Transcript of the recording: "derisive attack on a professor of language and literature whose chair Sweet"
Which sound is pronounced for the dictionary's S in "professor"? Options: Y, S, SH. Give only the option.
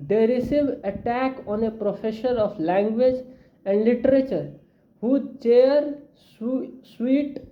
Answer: SH